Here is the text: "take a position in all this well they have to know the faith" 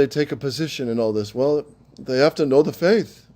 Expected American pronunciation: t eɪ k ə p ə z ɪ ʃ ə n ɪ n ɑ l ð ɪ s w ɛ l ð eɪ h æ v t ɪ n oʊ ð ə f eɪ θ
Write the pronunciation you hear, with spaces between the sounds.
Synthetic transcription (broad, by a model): t eɪ k ə p ə z ɪ ʃ ə n ɪ n ɑ l ð ɪ s w ɛ l ð eɪ h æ f t ɪ n oʊ ð ə f eɪ θ